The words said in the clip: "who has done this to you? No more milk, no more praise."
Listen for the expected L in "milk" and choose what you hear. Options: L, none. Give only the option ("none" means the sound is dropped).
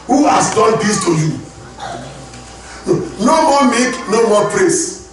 none